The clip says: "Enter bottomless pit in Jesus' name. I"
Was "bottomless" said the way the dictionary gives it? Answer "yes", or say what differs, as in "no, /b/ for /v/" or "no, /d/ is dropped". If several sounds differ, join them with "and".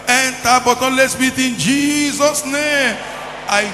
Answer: no, /m/ is dropped